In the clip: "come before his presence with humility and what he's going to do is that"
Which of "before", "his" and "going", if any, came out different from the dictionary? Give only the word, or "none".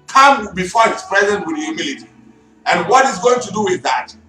his